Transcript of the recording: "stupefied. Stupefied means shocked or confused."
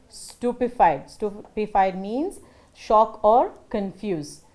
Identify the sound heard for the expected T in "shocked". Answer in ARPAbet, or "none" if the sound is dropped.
none